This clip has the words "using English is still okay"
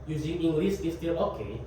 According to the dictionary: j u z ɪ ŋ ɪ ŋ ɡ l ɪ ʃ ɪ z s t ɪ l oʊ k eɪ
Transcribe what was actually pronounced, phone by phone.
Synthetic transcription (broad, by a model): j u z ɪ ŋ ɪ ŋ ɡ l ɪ s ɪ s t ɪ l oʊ k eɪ